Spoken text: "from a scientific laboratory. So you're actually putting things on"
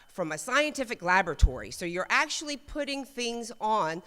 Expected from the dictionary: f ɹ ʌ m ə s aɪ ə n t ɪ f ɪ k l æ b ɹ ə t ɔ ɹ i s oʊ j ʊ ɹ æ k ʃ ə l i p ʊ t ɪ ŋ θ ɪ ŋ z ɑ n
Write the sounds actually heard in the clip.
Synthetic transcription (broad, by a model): f ɹ ʌ m ə s aɪ ə n t ɪ f ɪ k l æ b ɹ ə t ɔ ɹ i s oʊ j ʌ ɹ æ k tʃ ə l i p ʊ t ɪ ŋ θ ɪ ŋ z n